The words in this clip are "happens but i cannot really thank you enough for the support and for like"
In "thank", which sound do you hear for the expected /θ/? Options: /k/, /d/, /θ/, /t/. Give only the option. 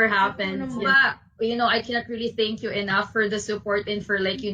/θ/